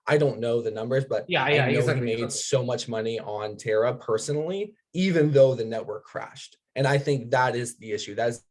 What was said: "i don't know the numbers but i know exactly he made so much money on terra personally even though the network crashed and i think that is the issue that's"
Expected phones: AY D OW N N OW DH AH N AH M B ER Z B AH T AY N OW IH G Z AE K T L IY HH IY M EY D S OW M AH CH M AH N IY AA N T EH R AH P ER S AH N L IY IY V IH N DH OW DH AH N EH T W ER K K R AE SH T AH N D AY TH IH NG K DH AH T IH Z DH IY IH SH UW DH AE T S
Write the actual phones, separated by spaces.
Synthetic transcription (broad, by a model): AY D OW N N OW DH AH N AH M B ER Z B AH T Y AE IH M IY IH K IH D S OW M AH CH M AH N IY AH N T EH R AH P ER S AH N L IY IY V IH N DH OW DH AH N EH T W ER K K R AE SH T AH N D AY TH IH NG K DH AH T IH Z DH IY IH SH UW DH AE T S